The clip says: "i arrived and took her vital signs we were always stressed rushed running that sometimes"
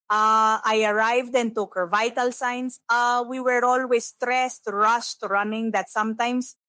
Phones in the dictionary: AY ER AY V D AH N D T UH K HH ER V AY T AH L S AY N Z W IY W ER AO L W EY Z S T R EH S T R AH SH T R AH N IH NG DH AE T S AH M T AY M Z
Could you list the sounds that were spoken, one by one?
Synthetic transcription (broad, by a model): AY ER AY V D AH N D T UH K HH ER V AY T AH L S AY N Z W IY W ER AO L W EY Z S T R EH S T R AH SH T R AH N IH NG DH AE T S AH M T AY M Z